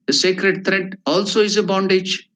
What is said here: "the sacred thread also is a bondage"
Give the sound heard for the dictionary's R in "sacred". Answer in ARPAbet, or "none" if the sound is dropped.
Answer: R